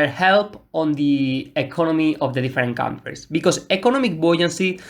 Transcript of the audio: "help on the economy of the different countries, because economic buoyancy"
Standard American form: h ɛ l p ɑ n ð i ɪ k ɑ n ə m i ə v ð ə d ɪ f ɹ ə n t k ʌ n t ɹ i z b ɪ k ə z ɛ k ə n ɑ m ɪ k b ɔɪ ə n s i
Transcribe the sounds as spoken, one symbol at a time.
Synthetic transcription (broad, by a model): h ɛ l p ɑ n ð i ɪ k ɑ n ə m i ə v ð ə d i f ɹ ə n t k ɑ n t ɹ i s b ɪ k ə s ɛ k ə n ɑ m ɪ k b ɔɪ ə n s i